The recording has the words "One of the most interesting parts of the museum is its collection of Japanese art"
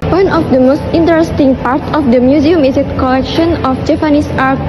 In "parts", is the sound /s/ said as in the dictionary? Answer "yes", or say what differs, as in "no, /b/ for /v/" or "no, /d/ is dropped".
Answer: no, /s/ is dropped